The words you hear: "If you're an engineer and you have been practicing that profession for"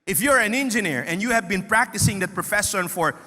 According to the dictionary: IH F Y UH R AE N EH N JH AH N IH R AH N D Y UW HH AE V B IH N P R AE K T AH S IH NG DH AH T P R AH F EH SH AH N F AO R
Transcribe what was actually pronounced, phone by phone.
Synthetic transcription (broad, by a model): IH F Y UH R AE N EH N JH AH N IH R AH N D Y UW HH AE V B IH N P R AE K T AH S IH NG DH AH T P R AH F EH S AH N F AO R